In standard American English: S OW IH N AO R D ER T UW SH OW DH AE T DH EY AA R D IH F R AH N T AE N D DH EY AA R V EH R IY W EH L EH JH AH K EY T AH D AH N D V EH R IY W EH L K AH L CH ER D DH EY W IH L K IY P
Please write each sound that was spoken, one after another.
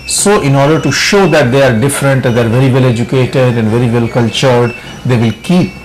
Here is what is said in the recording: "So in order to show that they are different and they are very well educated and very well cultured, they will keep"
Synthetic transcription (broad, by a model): S OW IH N AO R D ER T UW SH OW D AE T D EY AA R D IH F R AH N T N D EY AA R V EH R IY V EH L EH JH AH K EY T AH D AH N D V EH R IY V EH L K AH L CH ER D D EY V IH L K IY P